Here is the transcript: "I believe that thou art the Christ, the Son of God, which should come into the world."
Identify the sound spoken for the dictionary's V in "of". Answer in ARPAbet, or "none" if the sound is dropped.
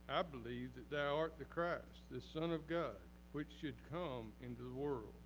V